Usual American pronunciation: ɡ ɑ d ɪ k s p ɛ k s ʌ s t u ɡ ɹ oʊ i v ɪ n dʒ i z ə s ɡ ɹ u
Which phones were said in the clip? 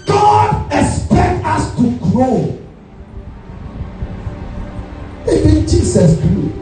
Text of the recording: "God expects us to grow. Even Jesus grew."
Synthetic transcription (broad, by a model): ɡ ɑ d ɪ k s p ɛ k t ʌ s t u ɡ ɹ oʊ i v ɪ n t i s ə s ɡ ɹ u